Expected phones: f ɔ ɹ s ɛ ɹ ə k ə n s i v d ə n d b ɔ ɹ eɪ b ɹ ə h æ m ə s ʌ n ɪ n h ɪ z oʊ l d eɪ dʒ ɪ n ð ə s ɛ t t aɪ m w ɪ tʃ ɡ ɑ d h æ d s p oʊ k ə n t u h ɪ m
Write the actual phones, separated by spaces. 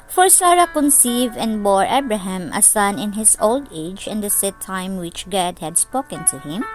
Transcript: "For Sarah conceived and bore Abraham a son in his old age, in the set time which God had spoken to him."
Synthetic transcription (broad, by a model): f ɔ ɹ s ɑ ɹ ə k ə n s i v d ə n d b ɔ ɹ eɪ b ɹ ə h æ m ə s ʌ n ɪ n h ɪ s oʊ l d eɪ dʒ ɪ n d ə s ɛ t t aɪ m w ɪ tʃ ɡ ɑ d h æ d s p oʊ k ə n t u h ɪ m